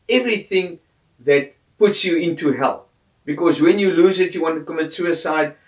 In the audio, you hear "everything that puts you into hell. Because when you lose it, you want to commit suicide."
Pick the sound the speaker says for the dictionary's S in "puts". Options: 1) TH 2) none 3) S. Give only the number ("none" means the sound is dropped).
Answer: 3